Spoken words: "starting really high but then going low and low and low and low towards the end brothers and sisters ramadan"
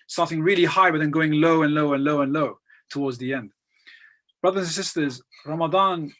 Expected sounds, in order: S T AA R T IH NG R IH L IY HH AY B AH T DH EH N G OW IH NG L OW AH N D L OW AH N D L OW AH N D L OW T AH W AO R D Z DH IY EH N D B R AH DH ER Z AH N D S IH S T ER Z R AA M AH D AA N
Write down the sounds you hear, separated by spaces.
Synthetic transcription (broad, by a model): S T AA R T IH NG R IH L IY HH AY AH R DH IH N G OW IH NG L OW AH N L OW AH N L OW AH N L OW T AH W AO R D Z DH IY EH N D B R AH DH ER Z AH N S IH S T ER Z R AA M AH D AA N